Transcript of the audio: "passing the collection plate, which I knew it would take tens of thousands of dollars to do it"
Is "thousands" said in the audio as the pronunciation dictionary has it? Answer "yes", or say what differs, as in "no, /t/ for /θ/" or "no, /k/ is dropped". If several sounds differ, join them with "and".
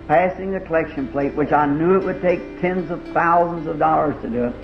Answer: yes